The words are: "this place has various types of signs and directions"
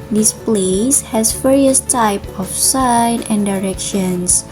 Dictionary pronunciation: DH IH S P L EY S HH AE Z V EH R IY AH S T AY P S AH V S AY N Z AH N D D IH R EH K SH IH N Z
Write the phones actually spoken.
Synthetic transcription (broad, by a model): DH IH S P L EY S HH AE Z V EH R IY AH S T AY P AH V S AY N AH N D D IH R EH K SH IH N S